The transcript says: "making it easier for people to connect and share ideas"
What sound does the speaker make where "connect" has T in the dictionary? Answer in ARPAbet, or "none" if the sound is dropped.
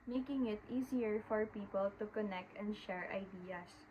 T